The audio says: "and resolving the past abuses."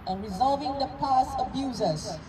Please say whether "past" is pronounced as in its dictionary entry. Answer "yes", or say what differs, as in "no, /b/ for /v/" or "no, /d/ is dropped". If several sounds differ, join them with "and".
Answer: no, /t/ is dropped